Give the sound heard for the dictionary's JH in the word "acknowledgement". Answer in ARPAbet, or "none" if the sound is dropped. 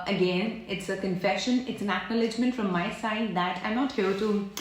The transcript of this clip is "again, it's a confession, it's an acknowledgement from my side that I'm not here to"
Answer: JH